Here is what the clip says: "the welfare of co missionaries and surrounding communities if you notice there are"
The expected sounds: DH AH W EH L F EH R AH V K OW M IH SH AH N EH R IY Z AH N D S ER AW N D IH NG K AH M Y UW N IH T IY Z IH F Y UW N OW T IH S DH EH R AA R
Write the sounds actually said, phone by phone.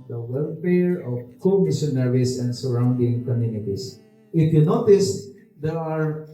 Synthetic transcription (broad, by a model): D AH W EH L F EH R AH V K OW M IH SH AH N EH R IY S AH N D S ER AW N D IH NG K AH M Y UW N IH T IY S IH F Y UW N OW T IH S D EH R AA R